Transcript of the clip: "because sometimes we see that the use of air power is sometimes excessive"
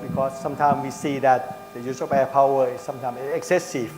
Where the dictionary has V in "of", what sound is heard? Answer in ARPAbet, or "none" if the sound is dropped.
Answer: P